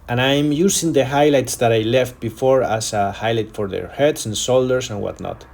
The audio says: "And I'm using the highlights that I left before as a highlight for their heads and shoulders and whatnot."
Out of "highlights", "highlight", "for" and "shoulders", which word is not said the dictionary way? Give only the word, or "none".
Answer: shoulders